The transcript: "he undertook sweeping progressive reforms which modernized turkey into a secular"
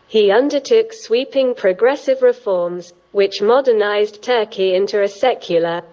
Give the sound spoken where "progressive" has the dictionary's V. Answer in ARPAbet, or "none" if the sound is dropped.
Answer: V